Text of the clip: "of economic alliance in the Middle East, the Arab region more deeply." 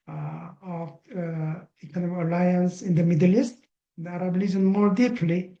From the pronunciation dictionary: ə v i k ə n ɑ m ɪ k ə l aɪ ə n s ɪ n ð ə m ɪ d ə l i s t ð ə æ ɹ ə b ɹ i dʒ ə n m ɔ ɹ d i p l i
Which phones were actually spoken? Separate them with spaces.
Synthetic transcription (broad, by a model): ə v i k ə n ɑ m ɪ k ə l aɪ ə n s ɪ n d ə m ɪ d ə l i s t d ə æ ɹ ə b l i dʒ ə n m ɔ ɹ d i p l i